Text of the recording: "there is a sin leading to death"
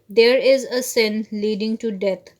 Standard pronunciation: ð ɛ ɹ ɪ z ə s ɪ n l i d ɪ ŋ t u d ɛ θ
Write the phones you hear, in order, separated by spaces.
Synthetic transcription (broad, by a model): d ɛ ɹ ɪ z ə s ɪ n l i d ɪ ŋ t u d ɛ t